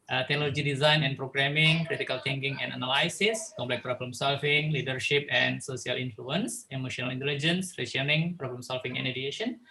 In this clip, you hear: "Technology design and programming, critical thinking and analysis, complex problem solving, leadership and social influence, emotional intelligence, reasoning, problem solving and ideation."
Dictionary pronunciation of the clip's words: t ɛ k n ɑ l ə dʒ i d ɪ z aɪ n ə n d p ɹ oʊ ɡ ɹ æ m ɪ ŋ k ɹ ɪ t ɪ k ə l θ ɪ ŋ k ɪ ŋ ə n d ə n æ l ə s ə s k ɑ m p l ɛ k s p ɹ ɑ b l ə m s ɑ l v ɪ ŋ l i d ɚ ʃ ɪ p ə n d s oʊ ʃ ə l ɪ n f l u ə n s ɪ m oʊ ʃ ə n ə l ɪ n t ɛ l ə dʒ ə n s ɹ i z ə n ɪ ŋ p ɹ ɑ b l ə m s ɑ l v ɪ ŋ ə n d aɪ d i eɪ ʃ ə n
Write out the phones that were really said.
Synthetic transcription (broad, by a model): t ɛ k n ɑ l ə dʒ i d ɪ z aɪ n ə n p ɹ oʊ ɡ ɹ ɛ m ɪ ŋ k ɹ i t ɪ k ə l t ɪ ŋ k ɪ ŋ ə n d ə n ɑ l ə s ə s k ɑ m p l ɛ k p ɹ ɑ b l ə m s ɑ l f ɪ ŋ l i d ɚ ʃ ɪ p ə n s oʊ s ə l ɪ n f l u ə n s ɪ m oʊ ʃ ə n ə l ɪ n t ɛ l ə dʒ ə n s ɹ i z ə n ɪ ŋ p ɹ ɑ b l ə m s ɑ l f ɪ ŋ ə n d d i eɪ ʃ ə n